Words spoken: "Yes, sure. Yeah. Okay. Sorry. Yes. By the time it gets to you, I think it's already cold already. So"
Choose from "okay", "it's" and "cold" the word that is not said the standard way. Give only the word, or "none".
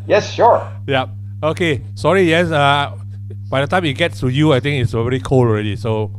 cold